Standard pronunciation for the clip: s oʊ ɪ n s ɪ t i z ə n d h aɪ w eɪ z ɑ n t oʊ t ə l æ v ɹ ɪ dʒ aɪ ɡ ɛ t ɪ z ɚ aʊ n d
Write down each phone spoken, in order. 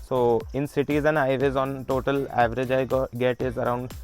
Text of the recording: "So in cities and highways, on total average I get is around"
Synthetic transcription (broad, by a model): s oʊ ɪ n s ɪ t i z ə n d aɪ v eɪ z ɑ n t oʊ t ə l æ v ɹ ɪ dʒ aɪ ɡ ɛ t ɪ z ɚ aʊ n d